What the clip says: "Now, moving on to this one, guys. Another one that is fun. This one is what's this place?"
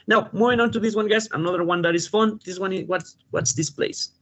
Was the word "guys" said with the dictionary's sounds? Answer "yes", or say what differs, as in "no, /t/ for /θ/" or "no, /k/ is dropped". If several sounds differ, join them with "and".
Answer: no, /s/ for /z/